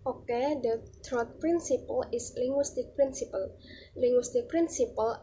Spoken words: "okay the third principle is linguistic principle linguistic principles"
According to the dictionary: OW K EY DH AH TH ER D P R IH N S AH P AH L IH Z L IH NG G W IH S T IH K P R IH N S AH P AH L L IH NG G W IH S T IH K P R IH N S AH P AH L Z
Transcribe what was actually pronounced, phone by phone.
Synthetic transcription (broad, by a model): OW K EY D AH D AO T P R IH N S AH P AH L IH S L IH NG G W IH S T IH K P R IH N S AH P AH L L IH NG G W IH S T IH K P R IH N S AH P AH L